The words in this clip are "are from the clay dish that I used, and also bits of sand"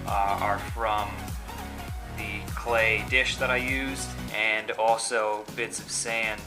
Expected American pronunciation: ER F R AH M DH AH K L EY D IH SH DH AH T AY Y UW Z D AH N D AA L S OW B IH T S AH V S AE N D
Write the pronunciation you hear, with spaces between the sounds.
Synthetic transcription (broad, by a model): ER F R AH M DH AH K L EY D IH SH DH AH T AY Y UW Z D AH N AA L S OW B IH T S AH V S AE N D